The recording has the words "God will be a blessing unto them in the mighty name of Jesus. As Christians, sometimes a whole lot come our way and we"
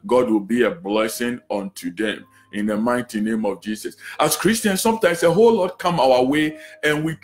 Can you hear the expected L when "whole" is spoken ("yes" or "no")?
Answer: yes